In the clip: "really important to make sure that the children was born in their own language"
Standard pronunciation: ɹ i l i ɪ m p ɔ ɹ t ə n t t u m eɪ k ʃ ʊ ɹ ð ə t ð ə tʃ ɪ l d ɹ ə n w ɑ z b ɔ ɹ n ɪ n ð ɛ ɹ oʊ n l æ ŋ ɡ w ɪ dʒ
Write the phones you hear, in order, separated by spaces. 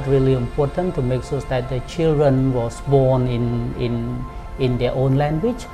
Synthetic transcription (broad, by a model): ɹ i l i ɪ m p ɔ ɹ t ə n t t u m eɪ k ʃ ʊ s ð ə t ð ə tʃ ɪ l d ɹ ə n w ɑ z b ɔ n n ɪ n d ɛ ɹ oʊ n l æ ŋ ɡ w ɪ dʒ